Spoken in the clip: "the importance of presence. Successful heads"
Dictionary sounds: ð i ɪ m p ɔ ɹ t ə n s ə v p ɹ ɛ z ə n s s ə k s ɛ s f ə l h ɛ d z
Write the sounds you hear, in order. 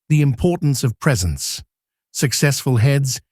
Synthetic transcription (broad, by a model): ð i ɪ m p ɔ ɹ t n s ə v p ɹ ɛ z ə n s s ə k s ɛ s f ə l h ɛ d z